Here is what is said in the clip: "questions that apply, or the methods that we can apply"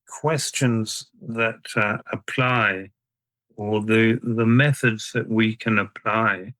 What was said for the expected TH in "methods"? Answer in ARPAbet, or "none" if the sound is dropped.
TH